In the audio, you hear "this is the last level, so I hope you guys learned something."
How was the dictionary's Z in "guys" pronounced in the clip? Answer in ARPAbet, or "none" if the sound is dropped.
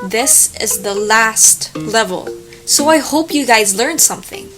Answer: Z